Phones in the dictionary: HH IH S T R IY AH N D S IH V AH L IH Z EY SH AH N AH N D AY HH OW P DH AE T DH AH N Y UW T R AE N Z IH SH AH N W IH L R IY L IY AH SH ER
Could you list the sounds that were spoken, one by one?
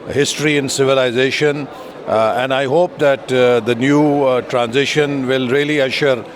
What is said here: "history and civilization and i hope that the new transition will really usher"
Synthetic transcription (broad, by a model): HH IH S T R IY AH N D S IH V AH L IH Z EY SH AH N AH N D AY HH OW P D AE T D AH N Y UW T R AE N Z IH SH AH N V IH L R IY L IY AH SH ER